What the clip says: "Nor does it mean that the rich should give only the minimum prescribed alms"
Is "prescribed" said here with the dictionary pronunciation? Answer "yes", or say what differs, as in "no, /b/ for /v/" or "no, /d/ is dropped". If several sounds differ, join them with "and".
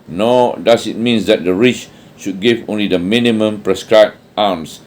no, /d/ is dropped